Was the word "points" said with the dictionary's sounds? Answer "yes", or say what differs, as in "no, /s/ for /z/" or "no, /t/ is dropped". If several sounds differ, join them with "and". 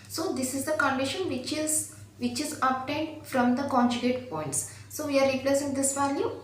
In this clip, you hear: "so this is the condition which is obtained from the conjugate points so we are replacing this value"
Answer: yes